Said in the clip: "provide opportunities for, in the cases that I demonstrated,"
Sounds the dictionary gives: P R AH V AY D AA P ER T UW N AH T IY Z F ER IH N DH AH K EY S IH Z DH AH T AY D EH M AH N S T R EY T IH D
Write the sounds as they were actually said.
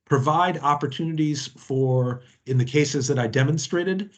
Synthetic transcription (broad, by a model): P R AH V AY D AA P ER T UW N AH T IY Z F ER IH N DH AH K EY S IH Z DH AH T AY D EH M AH N S T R EY T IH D